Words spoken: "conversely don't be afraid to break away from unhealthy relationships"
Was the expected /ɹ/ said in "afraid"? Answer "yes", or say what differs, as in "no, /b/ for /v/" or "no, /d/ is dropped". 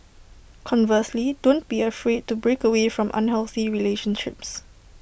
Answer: yes